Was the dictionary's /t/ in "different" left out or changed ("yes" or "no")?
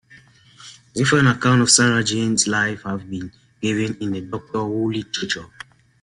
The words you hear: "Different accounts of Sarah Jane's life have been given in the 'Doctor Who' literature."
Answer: yes